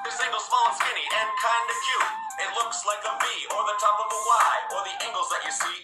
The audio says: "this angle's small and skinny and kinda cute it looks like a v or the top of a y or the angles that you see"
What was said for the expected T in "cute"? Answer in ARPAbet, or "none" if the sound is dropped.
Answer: none